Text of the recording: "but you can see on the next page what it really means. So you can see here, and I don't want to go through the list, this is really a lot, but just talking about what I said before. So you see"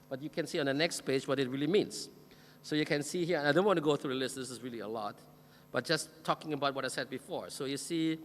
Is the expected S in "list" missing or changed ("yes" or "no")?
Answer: no